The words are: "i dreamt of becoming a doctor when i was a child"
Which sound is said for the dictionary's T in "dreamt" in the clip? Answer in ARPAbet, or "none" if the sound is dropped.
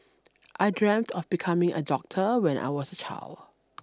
T